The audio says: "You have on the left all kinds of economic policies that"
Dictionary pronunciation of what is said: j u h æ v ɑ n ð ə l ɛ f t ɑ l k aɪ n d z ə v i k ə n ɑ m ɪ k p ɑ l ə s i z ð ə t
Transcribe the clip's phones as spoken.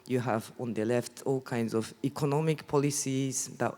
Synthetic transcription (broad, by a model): j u h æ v ɑ n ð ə l ɛ f t ɑ l k aɪ n d z ə v i k ə n ɑ m ɪ k p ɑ l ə s i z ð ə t